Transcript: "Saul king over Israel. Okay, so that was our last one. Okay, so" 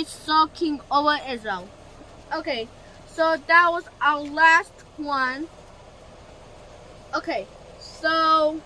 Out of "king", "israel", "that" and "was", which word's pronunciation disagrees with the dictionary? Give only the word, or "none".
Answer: israel